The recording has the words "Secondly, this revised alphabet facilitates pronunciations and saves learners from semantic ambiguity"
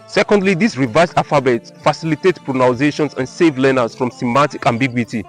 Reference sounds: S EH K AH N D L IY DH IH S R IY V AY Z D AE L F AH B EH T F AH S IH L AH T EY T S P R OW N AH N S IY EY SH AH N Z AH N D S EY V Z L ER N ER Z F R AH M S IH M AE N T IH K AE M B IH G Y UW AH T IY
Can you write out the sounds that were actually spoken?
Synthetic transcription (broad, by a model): S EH K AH N D L IY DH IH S R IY V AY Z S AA F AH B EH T F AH S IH L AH T EY T P R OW N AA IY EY SH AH N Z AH N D S EY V L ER N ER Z F R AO M S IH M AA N T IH K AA M B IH G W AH T IY